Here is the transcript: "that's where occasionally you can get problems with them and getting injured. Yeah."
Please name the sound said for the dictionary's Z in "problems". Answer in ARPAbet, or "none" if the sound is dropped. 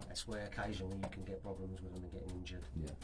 Z